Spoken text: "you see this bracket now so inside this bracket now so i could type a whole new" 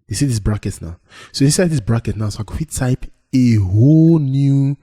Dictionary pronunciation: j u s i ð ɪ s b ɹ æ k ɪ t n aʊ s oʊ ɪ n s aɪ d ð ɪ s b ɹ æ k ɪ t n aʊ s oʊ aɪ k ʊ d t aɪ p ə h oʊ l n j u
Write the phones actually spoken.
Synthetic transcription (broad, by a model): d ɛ s i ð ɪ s b ɹ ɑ k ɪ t n aʊ s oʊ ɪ s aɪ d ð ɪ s b ɹ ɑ k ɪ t n aʊ s oʊ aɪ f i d t aɪ p ə h oʊ l n j u